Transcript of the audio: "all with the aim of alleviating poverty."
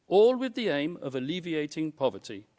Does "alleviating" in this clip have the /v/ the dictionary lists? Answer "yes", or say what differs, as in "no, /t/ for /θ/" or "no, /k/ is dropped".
yes